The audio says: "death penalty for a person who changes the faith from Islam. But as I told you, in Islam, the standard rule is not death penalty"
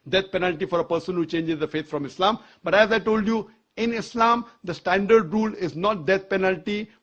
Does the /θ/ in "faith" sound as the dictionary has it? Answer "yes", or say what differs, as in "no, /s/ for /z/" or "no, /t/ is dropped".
no, /t/ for /θ/